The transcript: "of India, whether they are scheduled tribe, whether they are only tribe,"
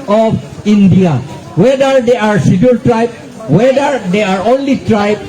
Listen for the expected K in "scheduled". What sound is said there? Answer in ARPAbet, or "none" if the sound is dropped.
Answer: none